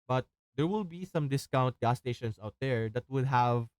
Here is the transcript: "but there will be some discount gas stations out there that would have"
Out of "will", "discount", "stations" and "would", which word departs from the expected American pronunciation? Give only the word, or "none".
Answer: stations